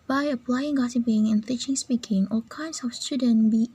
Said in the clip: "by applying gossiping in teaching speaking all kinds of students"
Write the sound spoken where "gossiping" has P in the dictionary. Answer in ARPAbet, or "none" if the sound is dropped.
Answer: B